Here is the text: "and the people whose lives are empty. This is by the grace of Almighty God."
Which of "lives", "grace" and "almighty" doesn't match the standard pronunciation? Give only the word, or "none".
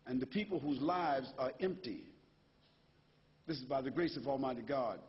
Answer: none